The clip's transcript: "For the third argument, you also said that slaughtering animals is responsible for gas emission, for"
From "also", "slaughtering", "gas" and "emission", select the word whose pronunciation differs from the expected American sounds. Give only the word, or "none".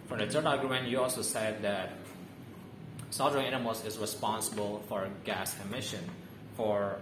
slaughtering